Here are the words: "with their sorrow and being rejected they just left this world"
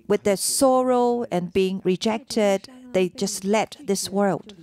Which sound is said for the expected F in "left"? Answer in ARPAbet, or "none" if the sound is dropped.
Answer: none